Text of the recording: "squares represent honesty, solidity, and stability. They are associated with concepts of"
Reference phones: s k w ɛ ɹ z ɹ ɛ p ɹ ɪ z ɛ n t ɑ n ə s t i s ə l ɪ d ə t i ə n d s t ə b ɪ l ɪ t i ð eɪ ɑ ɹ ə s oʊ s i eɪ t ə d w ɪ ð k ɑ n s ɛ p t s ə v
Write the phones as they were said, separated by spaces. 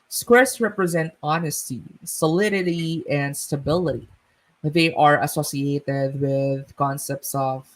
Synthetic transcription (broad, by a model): s k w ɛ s ɹ ɛ p ɹ ɪ z ɛ n t ɑ n ə s t i s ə l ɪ d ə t i ə n d s t ə b ɪ l ɪ t i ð eɪ ɑ ɹ ə s oʊ s i eɪ t ə d w ɪ ð k ɑ n s ɛ p t s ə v